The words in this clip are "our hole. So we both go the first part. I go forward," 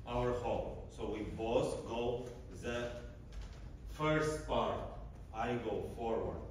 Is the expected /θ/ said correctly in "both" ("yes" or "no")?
no